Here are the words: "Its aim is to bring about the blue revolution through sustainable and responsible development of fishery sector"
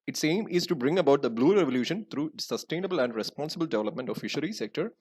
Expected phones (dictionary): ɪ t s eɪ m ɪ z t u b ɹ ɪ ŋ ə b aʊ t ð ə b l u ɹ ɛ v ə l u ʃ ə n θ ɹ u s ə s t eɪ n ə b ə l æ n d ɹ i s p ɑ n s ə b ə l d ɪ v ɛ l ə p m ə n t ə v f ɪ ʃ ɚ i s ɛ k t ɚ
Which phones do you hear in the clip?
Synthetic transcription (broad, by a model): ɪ t s eɪ m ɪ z t u b ɹ ɪ ŋ ə b aʊ t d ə b l u ɹ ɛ v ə l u ʃ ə n t ɹ u s ə s t eɪ n ə b ə l æ n d ɹ i s p ɑ n s ə b ə l d ɪ v ɛ l ə p m ə n t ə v f ɪ ʃ ɚ i s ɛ k t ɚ